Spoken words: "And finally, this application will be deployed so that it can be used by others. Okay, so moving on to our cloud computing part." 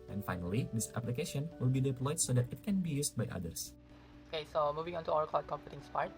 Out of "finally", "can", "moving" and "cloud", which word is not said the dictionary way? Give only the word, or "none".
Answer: cloud